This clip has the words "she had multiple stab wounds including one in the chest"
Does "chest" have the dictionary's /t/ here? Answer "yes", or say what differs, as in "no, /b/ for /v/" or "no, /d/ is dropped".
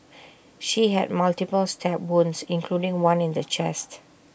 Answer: yes